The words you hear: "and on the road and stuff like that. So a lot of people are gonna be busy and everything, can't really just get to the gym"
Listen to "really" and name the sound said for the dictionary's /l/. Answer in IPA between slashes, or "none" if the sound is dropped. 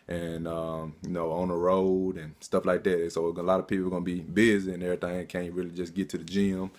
/l/